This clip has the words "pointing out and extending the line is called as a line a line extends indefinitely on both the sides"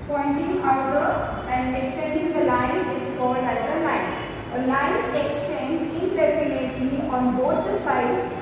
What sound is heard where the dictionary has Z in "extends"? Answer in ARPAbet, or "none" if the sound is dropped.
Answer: none